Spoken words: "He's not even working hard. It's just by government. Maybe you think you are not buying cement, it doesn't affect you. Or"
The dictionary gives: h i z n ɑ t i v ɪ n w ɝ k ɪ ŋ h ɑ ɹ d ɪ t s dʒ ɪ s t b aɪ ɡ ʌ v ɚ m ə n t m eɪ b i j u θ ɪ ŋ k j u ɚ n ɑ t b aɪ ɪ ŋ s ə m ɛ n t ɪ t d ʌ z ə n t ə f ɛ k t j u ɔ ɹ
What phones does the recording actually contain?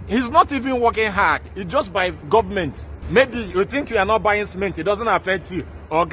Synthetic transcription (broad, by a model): h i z n ɑ t i v ɪ n w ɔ k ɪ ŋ h ɑ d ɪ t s dʒ ɪ s t b aɪ ɡ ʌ v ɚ m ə n t m eɪ b i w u θ ɪ ŋ k j u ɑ n ɑ t b aɪ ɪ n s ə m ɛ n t ɪ t d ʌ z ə n t ə f ɛ k t j u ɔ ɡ